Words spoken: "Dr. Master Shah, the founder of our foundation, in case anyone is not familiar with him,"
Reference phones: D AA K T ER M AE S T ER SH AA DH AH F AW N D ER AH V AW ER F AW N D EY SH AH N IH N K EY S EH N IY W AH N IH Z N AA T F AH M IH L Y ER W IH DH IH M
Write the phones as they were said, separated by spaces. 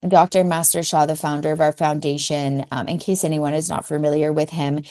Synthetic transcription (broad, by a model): D AA K T ER M AE S T ER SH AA DH AH F AW N D ER AH V AW ER F AW N D EY SH AH N IH N K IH S EH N IY W AH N IH Z N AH T F AH M IH L Y ER W IH DH IH M